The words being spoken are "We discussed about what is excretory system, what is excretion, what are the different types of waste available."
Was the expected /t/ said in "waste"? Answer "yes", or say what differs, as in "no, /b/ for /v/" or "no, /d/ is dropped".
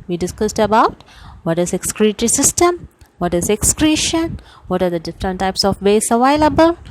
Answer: no, /t/ is dropped